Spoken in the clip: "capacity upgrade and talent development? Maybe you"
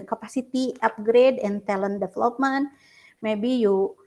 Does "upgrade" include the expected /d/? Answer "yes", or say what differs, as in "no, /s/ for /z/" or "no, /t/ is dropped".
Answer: yes